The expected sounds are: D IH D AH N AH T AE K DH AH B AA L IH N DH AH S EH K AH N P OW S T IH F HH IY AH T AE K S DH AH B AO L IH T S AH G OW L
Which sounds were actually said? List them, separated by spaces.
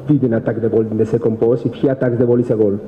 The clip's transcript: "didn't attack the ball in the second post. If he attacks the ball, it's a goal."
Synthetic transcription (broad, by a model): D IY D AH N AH T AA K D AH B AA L IH N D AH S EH K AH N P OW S IH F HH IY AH T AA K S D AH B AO L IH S AH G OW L